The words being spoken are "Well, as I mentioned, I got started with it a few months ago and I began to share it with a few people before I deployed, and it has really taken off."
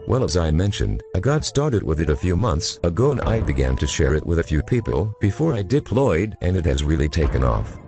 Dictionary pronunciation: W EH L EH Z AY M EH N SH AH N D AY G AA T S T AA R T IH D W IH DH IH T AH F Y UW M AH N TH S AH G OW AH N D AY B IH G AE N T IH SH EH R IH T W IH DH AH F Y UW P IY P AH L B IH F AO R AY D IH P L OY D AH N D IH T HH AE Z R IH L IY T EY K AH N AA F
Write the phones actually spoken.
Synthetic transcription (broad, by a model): W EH L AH Z AY M EH N SH AH N D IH G AA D S T AA R T IH D W IH DH IH T AH F Y UW M AH N TH S AH G OW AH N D AY B IH G AE N T IH SH EH R IH T W IH DH AH F Y UW P IY P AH L B IH F AO R AY D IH P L OY D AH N IH T HH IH Z R IH L IY T EY K AH N AA F